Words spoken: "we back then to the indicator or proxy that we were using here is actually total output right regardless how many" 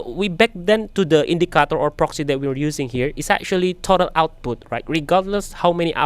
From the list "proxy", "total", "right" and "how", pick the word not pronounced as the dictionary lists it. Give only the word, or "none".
none